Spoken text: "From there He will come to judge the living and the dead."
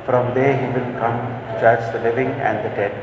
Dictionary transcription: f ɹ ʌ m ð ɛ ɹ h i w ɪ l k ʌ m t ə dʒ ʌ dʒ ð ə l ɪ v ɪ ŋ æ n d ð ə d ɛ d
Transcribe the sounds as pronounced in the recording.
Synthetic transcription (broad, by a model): f ɹ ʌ m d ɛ ɹ h i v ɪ l k ʌ m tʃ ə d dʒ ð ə l ɪ v ɪ ŋ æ n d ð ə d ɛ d